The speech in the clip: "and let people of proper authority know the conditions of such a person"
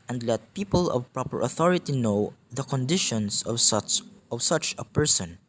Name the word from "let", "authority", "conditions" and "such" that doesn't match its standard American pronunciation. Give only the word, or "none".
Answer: conditions